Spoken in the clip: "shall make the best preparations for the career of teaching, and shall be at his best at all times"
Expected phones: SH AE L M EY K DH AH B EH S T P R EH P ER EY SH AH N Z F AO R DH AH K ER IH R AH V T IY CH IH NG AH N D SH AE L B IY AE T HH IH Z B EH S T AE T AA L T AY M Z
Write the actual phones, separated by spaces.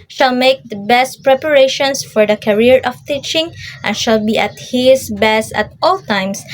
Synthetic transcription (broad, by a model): SH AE L M EY K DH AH B EH S T P R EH P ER EY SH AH N S F AO R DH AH K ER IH R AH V T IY CH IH NG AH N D SH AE L B IY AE T HH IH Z B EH S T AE T AA L T AY M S